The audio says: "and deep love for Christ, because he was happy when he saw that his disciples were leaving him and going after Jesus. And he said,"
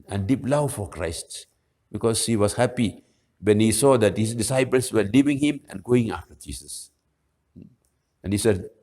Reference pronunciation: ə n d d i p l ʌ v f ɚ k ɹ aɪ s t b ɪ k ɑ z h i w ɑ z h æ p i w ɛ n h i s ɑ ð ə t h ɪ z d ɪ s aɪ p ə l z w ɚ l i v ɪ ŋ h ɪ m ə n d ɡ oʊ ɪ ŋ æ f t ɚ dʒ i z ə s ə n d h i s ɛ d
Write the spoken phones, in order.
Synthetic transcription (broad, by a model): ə n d d i p l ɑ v f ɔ k ɹ aɪ s t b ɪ k ɑ s h i w ɑ s h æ p i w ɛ n h i s ɑ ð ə t h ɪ s d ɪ s aɪ p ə l s w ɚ l i v ɪ ŋ h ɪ m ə n ɡ oʊ ɪ ŋ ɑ f t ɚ dʒ i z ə s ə n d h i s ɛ